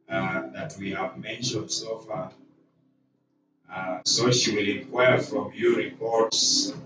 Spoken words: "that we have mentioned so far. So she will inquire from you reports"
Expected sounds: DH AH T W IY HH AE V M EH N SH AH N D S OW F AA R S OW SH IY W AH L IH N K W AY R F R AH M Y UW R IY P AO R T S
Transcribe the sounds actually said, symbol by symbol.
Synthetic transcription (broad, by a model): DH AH T W IY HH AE V M EH N SH AH N D S OW F AA R S OW SH IY W AH L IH K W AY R F R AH M Y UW R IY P AO R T S